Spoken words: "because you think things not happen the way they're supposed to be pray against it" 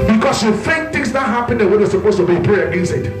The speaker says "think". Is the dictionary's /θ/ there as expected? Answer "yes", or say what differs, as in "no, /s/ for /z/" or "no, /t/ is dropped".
no, /f/ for /θ/